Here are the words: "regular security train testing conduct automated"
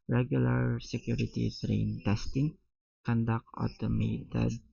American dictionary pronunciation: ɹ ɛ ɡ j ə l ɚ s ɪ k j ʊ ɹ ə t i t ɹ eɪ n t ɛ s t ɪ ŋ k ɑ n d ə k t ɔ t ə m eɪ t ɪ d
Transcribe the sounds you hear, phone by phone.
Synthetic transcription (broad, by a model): ɹ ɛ ɡ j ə l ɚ s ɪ k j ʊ ɹ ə t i t ɹ eɪ n t ɛ s t ɪ ŋ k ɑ n d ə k ɔ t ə m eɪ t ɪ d